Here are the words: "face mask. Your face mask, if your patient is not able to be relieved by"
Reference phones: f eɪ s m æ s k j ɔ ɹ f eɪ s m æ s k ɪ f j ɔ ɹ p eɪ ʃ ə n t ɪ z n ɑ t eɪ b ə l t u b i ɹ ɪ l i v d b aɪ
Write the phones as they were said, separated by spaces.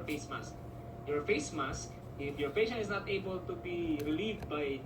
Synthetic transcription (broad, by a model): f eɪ s m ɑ s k j ɔ ɹ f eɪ s m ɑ s k ɪ f j ɔ ɹ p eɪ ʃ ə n ɪ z n ɑ t eɪ b ə l t u b i ɹ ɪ l i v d b aɪ